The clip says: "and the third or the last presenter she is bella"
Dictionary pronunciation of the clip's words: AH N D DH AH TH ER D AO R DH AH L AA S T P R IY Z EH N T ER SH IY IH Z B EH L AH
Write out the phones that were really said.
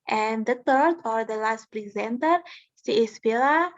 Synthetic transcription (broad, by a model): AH N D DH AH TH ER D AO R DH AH L AA S T P R IY Z EH N T ER S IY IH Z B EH L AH